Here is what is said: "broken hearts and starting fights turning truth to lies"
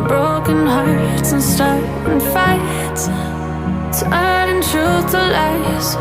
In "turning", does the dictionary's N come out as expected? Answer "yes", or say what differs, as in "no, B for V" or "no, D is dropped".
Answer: no, N is dropped